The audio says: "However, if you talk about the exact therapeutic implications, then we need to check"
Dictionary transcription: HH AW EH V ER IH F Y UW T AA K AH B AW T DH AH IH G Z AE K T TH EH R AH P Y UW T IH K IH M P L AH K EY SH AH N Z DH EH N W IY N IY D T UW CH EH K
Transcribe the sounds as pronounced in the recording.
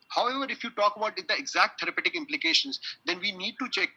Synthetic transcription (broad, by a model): HH AW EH V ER IH F Y UW T AA K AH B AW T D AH IH G Z AE K T T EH R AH P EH T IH K IH M P L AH K EY SH AH N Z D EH N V IY N IY D T UW CH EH K